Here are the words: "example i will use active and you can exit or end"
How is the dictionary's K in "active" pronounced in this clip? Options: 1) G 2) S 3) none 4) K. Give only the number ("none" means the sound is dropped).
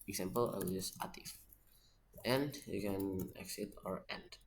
3